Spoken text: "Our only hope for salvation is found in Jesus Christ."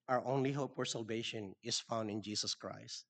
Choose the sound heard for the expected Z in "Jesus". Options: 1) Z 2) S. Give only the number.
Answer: 2